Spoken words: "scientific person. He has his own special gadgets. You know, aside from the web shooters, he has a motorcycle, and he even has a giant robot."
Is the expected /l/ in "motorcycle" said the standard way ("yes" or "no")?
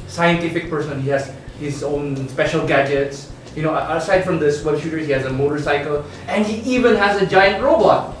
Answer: yes